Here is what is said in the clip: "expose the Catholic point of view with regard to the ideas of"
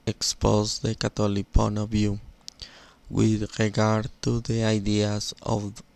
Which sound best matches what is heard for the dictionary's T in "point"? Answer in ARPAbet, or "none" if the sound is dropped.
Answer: none